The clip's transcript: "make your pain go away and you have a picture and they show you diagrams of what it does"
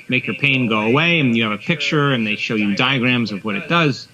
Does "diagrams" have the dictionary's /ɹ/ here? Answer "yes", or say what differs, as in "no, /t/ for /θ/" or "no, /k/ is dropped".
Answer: yes